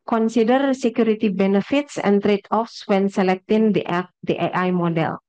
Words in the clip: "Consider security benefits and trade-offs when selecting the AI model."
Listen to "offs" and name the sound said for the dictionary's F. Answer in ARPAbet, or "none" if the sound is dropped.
F